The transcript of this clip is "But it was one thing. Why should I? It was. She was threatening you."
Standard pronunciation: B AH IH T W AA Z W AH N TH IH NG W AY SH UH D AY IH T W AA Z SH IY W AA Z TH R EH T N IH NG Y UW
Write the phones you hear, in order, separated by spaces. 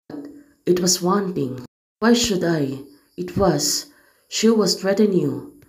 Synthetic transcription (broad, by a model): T IH T W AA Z W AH N T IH NG W AY SH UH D AY IH T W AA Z SH IY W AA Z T R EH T IH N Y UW